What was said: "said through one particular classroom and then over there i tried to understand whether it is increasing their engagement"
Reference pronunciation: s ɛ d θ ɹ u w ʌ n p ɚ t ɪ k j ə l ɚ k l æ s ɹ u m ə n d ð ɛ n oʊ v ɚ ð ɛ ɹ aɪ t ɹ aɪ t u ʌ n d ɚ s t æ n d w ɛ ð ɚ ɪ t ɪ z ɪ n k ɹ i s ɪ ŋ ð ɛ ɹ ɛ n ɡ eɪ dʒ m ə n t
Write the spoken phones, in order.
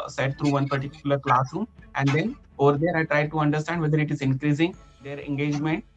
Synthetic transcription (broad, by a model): s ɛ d t ɹ u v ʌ n p ɚ t ɪ k j ə l ɚ k l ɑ s u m ə n d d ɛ n oʊ v ɚ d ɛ ɹ aɪ t ɹ aɪ t u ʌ n d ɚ s t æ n d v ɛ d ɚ ɪ t ɪ z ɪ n k ɹ i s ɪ ŋ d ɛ ɹ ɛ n ɡ eɪ dʒ m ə n t